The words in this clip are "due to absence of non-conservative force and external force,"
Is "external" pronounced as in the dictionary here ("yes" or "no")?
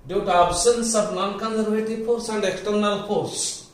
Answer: no